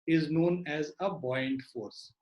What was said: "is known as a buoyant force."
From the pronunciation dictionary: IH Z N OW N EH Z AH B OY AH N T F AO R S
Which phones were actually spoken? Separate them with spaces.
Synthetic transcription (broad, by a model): IH Z N OW N EH Z AH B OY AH N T F AO R S